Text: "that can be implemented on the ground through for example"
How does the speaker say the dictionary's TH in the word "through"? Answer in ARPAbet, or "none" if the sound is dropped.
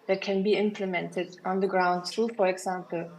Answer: S